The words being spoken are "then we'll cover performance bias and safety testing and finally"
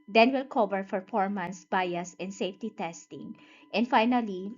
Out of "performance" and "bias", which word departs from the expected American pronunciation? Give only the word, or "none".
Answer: performance